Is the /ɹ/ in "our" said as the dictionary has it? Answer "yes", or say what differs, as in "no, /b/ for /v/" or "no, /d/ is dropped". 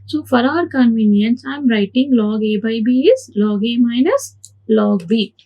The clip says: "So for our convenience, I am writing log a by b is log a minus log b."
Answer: yes